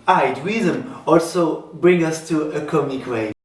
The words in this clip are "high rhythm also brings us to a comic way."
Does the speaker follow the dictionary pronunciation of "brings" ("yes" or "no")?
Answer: no